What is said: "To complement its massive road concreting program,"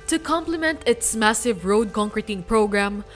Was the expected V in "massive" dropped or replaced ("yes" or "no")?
no